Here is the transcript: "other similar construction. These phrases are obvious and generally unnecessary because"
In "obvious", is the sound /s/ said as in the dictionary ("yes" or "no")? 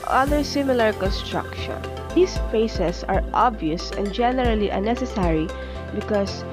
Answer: yes